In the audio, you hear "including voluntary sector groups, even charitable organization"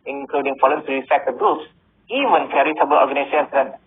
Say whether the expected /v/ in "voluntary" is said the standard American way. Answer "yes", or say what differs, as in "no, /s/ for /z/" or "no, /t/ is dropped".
no, /f/ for /v/